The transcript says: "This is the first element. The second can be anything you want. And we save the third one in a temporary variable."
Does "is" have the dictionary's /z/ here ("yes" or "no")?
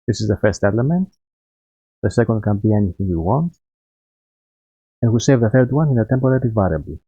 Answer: yes